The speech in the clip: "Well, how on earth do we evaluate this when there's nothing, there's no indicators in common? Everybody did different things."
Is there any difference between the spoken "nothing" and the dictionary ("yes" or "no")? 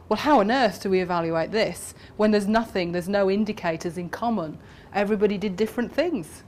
no